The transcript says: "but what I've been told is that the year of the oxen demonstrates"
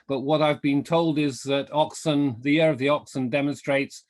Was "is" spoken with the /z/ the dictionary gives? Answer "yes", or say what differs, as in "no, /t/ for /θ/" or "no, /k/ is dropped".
yes